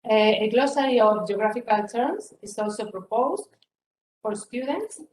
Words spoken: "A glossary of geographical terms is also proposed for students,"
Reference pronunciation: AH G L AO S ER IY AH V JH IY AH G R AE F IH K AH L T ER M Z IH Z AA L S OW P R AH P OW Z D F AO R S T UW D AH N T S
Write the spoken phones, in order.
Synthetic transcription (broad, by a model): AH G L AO S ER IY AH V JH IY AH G R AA F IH K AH L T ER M S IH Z AA L S OW P R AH P OW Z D F AO R S T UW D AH N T S